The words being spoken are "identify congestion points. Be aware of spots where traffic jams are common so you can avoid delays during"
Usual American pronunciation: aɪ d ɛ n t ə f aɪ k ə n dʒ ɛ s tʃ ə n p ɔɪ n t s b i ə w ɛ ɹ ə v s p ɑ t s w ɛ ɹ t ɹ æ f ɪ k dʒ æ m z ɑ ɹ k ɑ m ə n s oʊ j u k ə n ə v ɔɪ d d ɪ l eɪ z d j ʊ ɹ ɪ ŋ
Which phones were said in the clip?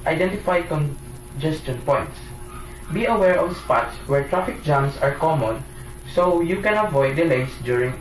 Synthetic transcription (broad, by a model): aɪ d ɛ n t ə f aɪ k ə n dʒ ɛ s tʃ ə n p ɔɪ n t s b i ə w ɛ ɹ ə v s p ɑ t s w ɛ ɹ t ɹ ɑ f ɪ k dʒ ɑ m s ɑ ɹ k ɑ m ə n s oʊ j u k ə n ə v ɔɪ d d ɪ l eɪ s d j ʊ ɹ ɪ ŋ